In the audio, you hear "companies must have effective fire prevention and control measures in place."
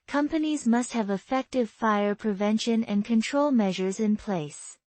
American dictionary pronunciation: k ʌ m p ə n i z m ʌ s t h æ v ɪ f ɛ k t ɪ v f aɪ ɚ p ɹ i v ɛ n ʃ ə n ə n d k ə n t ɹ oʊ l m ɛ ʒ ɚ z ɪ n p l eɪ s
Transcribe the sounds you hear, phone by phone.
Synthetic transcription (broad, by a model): k ʌ m p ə n i z m ʌ s t h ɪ v ɪ f ɛ k t ɪ v f aɪ ɚ p ɹ i v ɛ n ʃ ə n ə n k ə n t ɹ oʊ l m ɛ ʒ ɚ z ɪ n p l eɪ s